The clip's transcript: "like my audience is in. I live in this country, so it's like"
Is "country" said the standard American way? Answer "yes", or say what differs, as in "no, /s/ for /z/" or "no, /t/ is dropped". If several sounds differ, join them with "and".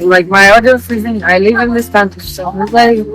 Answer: no, /ɹ/ is dropped